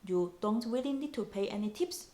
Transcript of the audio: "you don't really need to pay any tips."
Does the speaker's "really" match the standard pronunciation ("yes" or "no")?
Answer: no